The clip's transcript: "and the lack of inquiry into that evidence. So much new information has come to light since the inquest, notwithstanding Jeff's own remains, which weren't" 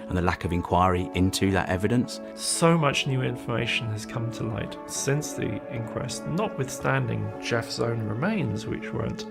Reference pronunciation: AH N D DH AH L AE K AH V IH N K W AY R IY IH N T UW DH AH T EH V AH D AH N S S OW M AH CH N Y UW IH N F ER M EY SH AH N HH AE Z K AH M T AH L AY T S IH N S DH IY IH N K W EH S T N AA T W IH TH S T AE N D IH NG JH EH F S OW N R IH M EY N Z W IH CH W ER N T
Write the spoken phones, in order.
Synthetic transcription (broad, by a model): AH N DH AH L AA K AH V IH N K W AY R IY IH N T UW DH AH T EH V AH D AH N S S OW M AH CH N Y UW IH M F ER M EY SH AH N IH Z K AH M T AH L AY T S IH N S DH IY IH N K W EH S T N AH T W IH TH S T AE N D IH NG JH EH F S OW N R IH M EY N Z W IH CH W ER N T